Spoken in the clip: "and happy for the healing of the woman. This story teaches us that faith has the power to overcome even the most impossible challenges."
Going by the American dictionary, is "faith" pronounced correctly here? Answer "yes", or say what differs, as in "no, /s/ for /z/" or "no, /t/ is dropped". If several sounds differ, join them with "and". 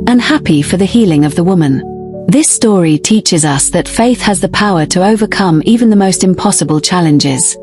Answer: yes